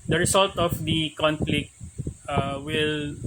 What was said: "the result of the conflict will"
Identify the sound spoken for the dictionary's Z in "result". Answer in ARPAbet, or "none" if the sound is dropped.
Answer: S